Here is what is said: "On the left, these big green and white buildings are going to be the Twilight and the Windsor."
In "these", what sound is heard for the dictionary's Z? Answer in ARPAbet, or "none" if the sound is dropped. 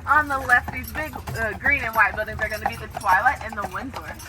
Z